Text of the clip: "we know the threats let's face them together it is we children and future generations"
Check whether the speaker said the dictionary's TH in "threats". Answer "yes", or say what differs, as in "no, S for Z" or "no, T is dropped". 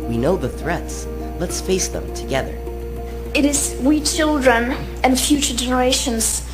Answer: yes